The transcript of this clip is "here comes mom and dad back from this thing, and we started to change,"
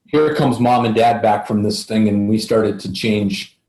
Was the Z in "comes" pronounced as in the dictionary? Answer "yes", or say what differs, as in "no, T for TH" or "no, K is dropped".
yes